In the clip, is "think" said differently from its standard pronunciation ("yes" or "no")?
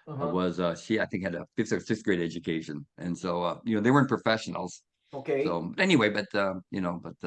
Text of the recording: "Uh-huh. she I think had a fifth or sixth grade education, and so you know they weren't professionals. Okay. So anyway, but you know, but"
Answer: no